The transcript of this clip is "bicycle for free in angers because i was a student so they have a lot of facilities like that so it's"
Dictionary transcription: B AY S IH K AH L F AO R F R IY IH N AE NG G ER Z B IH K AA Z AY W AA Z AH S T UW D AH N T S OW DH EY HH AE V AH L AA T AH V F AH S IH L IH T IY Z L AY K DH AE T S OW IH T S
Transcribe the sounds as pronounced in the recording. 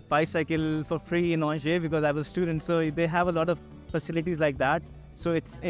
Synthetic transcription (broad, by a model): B AY S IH K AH L F AO R F R IY IH N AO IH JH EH B IH K AA Z AY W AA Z S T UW D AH N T S OW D EY HH AE V AH L AA T AH V F AH S IH L IH T IY Z L AY K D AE T S OW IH T S